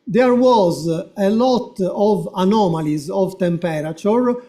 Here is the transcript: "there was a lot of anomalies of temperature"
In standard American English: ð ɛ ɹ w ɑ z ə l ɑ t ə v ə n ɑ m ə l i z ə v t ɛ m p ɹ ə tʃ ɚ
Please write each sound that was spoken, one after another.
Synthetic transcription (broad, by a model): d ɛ ɹ w ɑ z ə l ɑ t ə v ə n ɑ m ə l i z ə v t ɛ m p ɹ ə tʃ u